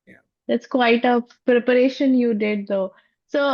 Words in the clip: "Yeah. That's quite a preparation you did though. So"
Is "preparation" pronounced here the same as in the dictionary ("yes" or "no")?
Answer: yes